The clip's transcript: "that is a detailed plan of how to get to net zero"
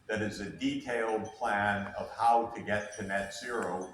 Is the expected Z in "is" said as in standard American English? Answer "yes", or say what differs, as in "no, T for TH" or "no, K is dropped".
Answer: yes